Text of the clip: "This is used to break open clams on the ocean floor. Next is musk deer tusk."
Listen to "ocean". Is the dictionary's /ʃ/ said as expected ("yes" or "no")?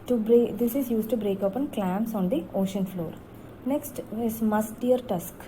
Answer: yes